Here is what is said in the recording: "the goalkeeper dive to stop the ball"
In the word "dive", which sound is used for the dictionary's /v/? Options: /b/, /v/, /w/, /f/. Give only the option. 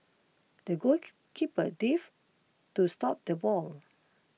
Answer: /f/